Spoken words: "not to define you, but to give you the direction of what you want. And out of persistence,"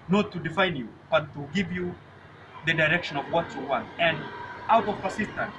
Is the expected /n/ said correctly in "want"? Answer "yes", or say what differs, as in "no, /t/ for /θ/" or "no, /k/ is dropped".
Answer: yes